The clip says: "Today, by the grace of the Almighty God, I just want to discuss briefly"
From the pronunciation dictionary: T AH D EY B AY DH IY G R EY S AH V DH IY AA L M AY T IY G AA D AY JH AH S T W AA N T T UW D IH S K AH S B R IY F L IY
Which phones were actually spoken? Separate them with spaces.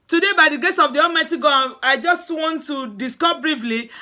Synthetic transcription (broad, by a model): T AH D EY B AY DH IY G EY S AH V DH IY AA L M AY T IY G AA AY JH AH S T W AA N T T UW D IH S K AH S B R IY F L IY